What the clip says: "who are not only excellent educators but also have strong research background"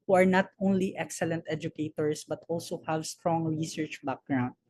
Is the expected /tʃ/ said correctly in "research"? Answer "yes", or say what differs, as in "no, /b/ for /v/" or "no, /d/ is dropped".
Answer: yes